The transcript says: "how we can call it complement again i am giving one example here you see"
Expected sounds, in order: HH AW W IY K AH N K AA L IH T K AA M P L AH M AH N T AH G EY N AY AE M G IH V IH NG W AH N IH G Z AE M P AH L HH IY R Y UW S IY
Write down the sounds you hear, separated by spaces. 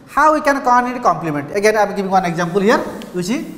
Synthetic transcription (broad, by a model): HH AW W IY K AH N K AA N IH T K AA M P L AH M AH N T AH G EY N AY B G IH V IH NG W AH N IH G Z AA M P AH L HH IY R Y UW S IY